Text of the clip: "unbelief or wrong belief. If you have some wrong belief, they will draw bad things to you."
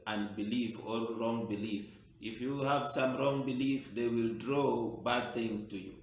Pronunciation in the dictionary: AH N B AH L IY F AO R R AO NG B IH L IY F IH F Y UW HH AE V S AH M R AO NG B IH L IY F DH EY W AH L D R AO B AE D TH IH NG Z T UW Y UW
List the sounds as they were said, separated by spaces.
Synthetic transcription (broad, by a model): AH N B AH L IY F AO L R AO NG B IH L IY F IH F Y UW HH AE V S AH M R AO NG B IH L IY F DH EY W AH L D R AO B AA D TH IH NG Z T UW Y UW